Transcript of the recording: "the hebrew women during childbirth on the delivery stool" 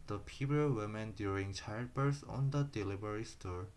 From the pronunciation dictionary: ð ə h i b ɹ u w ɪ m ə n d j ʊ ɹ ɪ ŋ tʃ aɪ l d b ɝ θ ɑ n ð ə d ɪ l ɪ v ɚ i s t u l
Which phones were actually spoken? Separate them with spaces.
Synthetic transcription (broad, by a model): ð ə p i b u w ɪ m ə n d j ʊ ɹ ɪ ŋ tʃ aɪ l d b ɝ s ɑ n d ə d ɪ l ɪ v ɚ i s t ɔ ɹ